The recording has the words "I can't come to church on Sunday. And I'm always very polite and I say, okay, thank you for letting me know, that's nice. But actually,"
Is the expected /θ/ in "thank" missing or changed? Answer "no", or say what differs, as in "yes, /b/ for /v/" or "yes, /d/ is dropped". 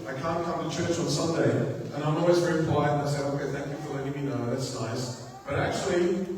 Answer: no